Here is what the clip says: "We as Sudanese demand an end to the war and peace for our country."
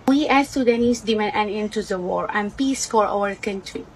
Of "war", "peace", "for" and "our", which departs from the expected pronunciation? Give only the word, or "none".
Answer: none